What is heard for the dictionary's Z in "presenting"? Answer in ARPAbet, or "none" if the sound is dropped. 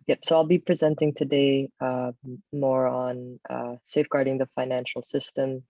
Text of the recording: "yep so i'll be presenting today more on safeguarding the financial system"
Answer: Z